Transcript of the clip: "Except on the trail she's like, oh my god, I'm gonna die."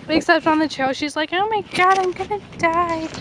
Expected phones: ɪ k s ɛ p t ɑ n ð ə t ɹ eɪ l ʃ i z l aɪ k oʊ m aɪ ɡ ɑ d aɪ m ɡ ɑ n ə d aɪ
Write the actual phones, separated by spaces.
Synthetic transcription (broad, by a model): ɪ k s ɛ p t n ð ə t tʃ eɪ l ʃ i z l aɪ k oʊ m aɪ ɡ ɑ d aɪ m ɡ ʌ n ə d aɪ